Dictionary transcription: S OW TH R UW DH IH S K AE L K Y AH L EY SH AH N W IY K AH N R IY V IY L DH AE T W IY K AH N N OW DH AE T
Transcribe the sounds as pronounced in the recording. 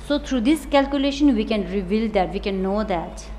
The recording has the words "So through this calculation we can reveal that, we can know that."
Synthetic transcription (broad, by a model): S OW T R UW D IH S K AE L K Y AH L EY SH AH N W IY K AH N R IY V IY L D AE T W IY K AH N N OW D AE T